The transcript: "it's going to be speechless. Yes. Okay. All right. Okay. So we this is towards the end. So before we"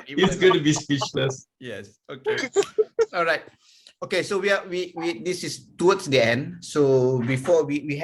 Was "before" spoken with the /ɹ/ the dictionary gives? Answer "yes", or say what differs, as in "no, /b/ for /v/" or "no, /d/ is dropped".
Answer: no, /w/ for /ɹ/